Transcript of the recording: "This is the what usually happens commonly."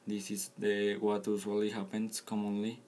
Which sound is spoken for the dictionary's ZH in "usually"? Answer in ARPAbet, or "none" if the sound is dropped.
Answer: S